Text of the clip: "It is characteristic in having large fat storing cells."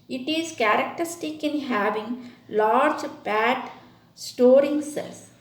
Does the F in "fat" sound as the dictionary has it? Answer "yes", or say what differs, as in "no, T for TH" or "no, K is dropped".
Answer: no, P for F